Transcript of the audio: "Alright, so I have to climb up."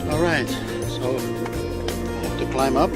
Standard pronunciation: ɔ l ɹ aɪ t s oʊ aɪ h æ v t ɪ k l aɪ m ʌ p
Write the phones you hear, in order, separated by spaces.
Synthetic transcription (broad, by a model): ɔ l ɹ aɪ t s oʊ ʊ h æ f t ɪ k l aɪ m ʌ p